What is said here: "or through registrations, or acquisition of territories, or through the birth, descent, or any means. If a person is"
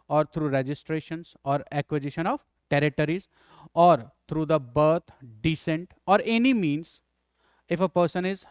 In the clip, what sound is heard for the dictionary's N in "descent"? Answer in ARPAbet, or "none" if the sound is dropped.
N